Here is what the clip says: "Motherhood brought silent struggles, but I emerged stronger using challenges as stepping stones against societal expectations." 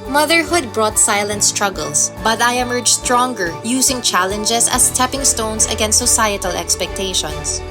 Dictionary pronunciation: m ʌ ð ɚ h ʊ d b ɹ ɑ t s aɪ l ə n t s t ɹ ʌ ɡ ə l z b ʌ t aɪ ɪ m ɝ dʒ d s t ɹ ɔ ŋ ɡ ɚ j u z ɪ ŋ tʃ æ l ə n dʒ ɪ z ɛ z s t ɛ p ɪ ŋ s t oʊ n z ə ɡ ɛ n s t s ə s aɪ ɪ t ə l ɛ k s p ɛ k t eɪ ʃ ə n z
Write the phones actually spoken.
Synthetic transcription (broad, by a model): m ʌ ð ɚ h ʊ d b ɹ ɑ t s aɪ l ə n t s t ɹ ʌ ɡ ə l s b ʌ t aɪ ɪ m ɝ dʒ s t ɹ ɔ ŋ ɡ ɚ j u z ɪ ŋ tʃ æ l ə n dʒ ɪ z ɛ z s t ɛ p ɪ ŋ s t oʊ n s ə ɡ ɛ n s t s ə s aɪ ɪ t ə l ɛ k s p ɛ k t eɪ ʃ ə n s